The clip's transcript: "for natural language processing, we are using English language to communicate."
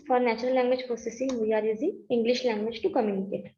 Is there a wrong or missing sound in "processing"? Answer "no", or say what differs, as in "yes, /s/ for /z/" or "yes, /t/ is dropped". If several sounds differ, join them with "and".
yes, /f/ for /p/